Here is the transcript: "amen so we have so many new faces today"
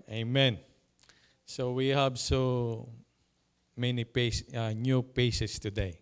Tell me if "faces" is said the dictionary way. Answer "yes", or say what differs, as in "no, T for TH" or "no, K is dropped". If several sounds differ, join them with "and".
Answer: no, P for F and S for Z